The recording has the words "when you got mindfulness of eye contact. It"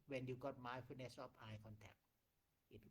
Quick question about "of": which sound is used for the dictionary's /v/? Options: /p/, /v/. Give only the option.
/p/